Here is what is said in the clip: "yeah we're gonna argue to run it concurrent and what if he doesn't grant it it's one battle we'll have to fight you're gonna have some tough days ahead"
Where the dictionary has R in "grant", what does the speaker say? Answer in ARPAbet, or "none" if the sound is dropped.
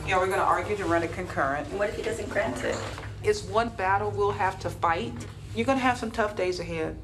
R